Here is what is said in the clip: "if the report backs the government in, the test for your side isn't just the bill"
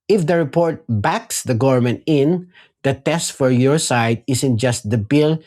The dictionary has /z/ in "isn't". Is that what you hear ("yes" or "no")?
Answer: no